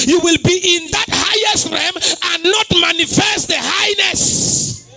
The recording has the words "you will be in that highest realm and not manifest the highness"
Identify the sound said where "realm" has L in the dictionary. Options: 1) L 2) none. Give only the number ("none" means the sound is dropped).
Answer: 2